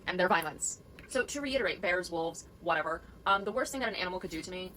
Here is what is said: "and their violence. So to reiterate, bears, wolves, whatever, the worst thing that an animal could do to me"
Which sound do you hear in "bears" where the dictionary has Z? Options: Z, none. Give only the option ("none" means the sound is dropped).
Z